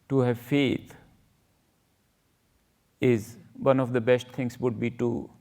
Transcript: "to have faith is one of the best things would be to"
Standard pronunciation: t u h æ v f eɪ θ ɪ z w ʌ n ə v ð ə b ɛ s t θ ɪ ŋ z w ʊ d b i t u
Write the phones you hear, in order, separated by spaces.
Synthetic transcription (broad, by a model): t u h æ v f eɪ t ɪ z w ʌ n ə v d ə b ɛ s t t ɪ ŋ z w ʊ d b i t u